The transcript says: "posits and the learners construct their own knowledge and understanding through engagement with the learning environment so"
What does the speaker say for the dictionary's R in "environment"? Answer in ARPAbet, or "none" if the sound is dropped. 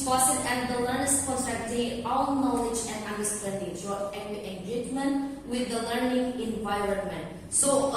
R